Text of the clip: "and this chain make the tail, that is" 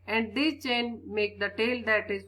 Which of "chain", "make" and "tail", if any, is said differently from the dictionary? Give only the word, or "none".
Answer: none